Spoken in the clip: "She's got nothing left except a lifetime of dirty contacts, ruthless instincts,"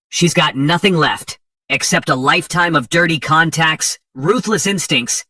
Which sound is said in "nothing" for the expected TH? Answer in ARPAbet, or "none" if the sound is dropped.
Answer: TH